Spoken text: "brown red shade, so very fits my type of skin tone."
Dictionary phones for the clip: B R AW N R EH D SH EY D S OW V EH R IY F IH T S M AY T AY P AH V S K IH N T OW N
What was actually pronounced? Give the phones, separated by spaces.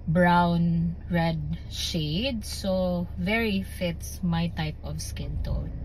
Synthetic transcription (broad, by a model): B R AW N R EH D SH EY D S OW V EH R IY F IH T S M AY T AY P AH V S K IH N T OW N